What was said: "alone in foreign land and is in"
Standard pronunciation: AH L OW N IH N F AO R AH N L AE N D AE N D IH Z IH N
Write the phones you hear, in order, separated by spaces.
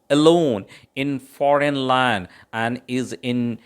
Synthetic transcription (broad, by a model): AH L OW N IH N F AO R AH N L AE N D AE N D IH Z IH N